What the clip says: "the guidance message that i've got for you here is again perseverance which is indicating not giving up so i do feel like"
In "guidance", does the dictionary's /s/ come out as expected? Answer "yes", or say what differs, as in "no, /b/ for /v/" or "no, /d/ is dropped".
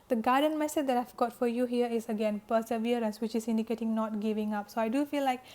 no, /s/ is dropped